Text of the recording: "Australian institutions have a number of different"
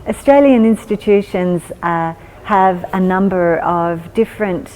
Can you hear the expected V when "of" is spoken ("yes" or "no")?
yes